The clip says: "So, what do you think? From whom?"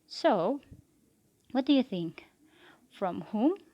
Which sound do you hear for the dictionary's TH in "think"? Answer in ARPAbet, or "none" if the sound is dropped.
TH